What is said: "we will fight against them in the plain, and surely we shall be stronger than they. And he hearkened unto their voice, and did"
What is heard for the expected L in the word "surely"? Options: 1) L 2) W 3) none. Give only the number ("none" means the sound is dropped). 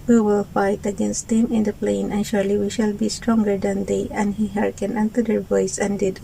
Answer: 1